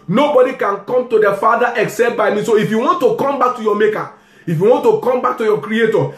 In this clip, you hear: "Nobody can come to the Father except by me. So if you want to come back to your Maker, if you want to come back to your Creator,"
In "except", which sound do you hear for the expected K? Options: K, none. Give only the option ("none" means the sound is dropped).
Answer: K